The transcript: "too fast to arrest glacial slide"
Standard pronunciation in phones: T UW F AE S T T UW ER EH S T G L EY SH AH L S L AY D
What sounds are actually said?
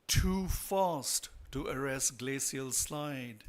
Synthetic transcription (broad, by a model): T UW F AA S T T UW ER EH S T G L EY S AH L S L AY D